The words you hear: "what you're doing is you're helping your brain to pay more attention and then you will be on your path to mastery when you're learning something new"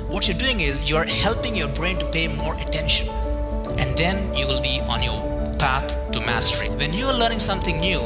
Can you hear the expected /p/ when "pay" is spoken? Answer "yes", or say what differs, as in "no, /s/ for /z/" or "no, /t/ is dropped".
yes